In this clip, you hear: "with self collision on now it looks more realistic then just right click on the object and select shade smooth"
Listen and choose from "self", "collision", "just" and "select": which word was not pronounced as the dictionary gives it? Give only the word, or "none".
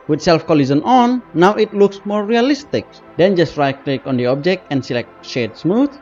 collision